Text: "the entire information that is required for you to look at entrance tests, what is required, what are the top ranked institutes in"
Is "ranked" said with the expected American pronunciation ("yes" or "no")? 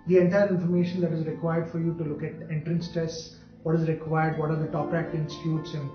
no